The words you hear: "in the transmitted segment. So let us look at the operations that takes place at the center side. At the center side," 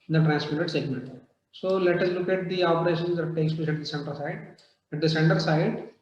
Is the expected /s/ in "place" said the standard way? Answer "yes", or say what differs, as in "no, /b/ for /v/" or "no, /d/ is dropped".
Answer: no, /ʃ/ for /s/